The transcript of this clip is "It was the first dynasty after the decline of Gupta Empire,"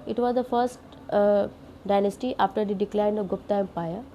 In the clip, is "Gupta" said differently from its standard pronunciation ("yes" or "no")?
no